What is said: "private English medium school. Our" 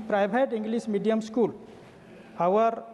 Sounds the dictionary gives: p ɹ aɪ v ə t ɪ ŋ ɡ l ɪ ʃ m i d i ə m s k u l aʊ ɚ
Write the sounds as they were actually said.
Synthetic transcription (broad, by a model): p ɹ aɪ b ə t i ŋ ɡ l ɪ s m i d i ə m s k u l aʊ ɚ